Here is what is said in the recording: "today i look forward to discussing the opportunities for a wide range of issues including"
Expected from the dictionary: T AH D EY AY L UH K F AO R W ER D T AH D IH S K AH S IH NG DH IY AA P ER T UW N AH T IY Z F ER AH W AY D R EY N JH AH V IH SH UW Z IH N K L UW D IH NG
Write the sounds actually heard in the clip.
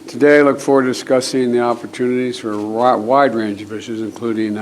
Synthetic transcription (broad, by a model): T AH D EY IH L UH K F AO R W ER D D IH S K AH S IH NG DH IY AA P ER T UW N AH T IY Z F ER W AY D R EY N JH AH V IH SH UW Z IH N K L UW D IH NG